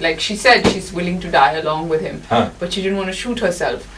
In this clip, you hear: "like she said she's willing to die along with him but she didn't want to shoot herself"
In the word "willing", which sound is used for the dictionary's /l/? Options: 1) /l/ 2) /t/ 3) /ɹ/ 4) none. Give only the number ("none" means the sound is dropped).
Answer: 1